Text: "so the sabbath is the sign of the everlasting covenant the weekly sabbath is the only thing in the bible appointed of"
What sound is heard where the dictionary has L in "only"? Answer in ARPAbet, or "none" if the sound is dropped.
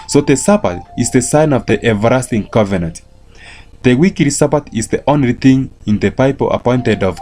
L